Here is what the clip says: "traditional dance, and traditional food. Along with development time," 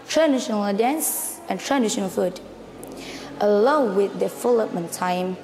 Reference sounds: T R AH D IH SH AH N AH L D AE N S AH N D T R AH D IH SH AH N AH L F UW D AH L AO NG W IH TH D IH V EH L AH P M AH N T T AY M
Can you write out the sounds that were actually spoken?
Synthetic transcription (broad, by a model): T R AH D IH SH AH N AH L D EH N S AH N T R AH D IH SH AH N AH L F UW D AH L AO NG W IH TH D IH F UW L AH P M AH N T T AY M